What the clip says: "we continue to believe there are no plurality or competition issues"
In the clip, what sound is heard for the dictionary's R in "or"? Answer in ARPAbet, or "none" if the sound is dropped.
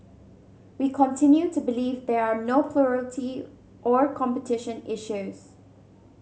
R